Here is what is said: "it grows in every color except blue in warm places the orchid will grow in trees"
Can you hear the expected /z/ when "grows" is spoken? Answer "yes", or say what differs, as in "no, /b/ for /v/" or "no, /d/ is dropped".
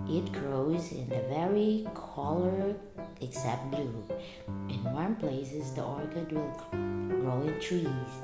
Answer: yes